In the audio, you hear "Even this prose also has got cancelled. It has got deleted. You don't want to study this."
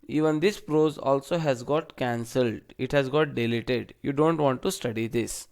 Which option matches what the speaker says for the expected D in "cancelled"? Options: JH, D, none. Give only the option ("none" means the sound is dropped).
D